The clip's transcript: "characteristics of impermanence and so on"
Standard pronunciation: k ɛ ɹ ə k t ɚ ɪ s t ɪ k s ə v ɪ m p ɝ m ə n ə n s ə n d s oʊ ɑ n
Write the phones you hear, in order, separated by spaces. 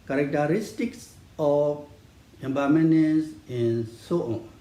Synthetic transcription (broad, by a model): k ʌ ɹ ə k t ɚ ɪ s t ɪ k s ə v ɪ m b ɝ m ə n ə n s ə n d s oʊ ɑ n